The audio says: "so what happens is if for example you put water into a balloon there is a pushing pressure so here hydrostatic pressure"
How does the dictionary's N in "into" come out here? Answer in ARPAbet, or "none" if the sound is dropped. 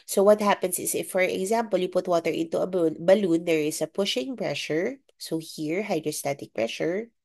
N